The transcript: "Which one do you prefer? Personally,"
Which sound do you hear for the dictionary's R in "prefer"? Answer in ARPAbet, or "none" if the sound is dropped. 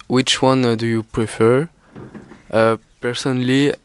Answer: R